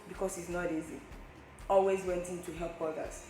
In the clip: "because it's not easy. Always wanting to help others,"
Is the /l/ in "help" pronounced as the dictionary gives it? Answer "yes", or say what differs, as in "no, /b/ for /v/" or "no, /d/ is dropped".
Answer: yes